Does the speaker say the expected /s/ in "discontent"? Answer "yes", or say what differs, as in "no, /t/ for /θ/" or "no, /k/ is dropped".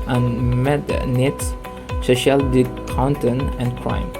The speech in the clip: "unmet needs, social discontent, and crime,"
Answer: no, /s/ is dropped